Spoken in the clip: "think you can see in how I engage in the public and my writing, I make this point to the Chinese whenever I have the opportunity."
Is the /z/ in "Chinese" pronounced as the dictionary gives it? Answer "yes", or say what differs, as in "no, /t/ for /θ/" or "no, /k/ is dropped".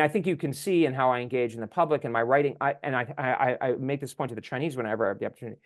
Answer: yes